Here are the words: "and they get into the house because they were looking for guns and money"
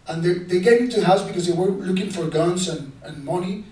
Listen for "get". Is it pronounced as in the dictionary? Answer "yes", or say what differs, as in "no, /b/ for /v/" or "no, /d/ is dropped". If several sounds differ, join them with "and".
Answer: no, /t/ is dropped